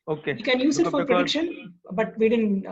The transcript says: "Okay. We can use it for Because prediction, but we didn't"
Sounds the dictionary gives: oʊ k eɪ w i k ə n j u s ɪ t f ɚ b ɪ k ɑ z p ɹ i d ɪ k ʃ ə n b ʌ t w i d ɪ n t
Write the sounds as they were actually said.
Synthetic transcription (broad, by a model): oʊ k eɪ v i k ə n j u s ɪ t f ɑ p ɹ i d ɪ k ʃ ə n b ʌ t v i d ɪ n